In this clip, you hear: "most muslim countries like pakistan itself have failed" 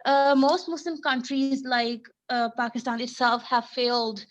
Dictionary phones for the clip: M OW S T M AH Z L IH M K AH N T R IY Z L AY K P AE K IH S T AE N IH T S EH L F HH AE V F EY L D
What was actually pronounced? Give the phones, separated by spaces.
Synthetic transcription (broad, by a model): M OW S T M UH S L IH M K AH N T R IY Z L AY K P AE K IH S T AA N IH T S EH L F HH AE V F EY L D